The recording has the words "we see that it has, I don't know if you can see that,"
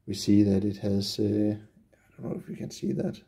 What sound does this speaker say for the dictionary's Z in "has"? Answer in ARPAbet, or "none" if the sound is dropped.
S